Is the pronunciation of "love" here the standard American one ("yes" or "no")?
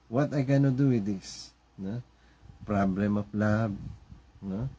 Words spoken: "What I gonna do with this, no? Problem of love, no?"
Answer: no